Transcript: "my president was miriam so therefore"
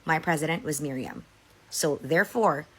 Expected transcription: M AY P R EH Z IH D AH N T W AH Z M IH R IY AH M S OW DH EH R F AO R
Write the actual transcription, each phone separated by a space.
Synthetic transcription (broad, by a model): M AY P R EH Z IH D AH N T W AH Z M IH R IY AH M S OW DH EH R F AO R